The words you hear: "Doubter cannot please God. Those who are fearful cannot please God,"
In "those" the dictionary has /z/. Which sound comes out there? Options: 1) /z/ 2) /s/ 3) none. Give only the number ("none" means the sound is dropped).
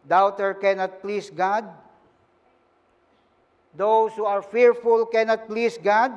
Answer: 2